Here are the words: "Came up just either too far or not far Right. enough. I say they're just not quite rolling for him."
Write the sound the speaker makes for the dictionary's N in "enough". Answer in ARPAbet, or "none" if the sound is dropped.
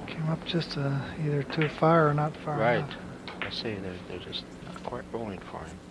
none